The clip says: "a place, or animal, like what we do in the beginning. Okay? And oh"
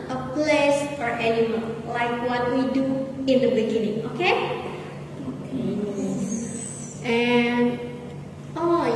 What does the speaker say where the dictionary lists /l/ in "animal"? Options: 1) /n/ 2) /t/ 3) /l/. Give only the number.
1